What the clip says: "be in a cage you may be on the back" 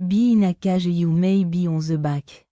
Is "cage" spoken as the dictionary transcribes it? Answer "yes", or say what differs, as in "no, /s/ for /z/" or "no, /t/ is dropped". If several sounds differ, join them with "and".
no, /ʒ/ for /dʒ/